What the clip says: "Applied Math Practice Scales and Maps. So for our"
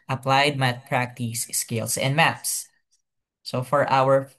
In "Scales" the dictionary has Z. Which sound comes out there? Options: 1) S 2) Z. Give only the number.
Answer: 1